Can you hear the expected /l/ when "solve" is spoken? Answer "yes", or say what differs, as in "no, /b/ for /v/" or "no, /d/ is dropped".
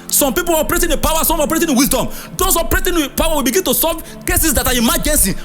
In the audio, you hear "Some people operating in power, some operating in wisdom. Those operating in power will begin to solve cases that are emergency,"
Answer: no, /l/ is dropped